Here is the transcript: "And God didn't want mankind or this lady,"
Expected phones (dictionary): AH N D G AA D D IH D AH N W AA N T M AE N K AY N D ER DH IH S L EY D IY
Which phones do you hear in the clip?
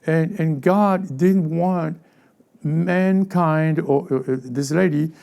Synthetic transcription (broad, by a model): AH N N G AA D D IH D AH N W AA N T M AE N K AY N D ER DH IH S L EY D IY